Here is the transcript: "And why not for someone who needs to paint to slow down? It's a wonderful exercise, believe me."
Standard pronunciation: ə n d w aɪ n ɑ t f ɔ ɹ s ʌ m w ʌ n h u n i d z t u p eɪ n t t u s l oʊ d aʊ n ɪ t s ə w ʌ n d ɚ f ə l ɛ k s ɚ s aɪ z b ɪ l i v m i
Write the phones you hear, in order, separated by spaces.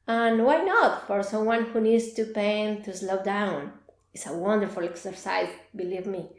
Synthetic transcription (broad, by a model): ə n w aɪ n ɑ t f ɔ ɹ s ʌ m w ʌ n h u n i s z t u p eɪ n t t u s l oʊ d aʊ n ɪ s ə w ʌ n d ɚ f ə l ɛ k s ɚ s aɪ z b ɪ l i v m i